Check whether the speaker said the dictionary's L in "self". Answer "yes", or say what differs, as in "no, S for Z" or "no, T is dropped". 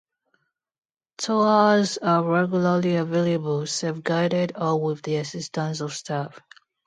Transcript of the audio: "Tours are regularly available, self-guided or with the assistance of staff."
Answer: no, L is dropped